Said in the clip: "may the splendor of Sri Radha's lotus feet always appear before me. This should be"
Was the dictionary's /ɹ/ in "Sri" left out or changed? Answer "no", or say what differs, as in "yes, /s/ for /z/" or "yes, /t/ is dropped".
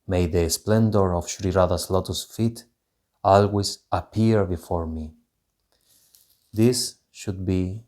no